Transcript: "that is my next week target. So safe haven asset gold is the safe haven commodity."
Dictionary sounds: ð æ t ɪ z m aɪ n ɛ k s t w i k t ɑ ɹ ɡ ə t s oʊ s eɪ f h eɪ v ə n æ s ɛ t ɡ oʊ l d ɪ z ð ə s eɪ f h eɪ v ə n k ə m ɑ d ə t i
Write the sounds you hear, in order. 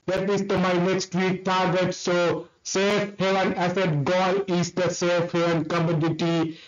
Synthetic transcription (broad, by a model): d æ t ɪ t m aɪ n ɛ k s t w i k t ɑ ɹ ɡ ə t s oʊ s eɪ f h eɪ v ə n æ s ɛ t ɡ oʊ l ɪ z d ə s eɪ f h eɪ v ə n k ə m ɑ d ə t i